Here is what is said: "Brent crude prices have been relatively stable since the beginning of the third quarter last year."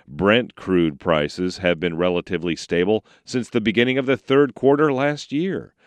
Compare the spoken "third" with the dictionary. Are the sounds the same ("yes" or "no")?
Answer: yes